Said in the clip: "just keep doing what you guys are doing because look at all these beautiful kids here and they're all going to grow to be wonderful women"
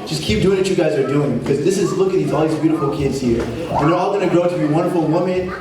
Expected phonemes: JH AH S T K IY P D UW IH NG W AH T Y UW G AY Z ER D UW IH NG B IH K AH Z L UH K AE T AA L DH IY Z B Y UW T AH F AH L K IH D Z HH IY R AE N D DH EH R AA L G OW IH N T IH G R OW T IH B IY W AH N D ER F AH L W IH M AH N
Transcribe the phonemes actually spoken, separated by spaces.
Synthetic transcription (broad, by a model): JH AH S K IY P D UW IH NG W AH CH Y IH G AY Z ER D UW IH NG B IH K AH Z L UH K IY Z AA L DH IY Z B Y UW T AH F L K IH D Z HH IY R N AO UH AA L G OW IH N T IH G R OW T IH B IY W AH N D ER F L W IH M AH N